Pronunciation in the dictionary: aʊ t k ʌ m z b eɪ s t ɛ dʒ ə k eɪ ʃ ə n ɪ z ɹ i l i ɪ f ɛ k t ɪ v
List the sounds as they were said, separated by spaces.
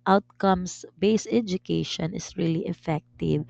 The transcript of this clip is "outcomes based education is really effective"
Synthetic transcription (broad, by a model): aʊ t k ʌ m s b eɪ s ɛ dʒ ə k eɪ ʃ ə n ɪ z ɹ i l i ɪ f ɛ k t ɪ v